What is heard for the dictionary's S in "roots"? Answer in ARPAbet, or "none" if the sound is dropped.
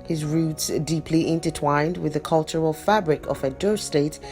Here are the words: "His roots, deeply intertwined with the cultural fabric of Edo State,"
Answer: S